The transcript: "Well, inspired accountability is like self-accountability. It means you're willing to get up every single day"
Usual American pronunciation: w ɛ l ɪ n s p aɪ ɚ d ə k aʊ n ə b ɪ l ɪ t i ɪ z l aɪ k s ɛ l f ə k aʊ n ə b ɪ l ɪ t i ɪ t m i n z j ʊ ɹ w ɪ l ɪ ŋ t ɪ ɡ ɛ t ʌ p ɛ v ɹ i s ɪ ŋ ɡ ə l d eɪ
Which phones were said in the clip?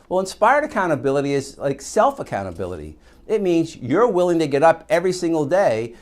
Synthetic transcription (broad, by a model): w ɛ l ɪ n s p aɪ ɚ d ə k aʊ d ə b ɪ l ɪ t i ɪ z l aɪ k s ɛ l f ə k aʊ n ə b ɪ l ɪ t i ɪ t m i n z j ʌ ɹ w ɪ l ɪ ŋ t ɪ ɡ ɛ t ʌ p ɛ v ɹ i s ɪ ŋ ɡ l d eɪ